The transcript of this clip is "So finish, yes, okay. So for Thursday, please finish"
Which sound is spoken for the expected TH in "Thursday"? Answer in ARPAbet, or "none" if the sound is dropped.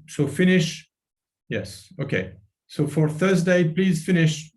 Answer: TH